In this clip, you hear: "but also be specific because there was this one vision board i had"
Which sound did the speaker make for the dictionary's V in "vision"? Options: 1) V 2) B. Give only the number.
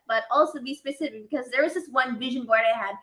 1